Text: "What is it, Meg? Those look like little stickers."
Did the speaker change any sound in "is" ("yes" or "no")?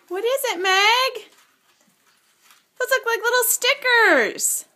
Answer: no